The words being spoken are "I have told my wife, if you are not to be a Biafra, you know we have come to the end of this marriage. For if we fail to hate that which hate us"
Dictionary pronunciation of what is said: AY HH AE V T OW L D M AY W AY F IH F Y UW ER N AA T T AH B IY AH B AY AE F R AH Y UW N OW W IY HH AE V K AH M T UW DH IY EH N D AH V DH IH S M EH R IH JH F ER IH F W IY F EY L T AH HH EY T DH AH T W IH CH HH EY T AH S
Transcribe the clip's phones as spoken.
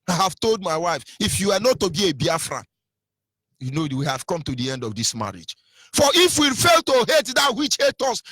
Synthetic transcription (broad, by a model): AY HH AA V T OW L D M AY W AY F IH F Y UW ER N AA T T AH B IY AH B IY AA F R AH Y UW N OW W IY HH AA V K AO M T UW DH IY EH N D AH V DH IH S M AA R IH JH F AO IH F W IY F EY L T AH HH EY T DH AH T W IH CH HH EY T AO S